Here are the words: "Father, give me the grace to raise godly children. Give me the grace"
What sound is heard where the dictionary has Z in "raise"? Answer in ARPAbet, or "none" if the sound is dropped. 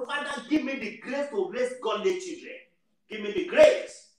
S